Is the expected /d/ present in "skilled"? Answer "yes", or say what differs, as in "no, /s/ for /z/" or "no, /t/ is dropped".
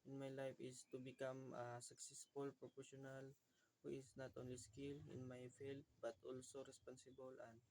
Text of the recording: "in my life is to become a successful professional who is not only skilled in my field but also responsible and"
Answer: no, /d/ is dropped